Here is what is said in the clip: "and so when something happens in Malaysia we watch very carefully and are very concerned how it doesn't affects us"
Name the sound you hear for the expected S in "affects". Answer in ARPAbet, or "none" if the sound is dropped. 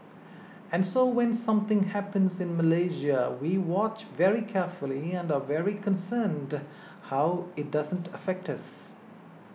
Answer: none